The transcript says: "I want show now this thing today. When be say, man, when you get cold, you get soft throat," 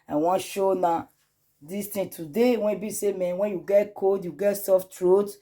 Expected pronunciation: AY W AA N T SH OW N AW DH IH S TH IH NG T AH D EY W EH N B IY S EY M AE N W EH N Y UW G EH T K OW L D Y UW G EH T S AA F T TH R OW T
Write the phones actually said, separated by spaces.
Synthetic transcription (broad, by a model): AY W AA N SH OW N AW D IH S T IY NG T AH D EY W EH N B IY S EY M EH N W EH N Y UW G EH T K OW D Y UW G EH T S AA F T R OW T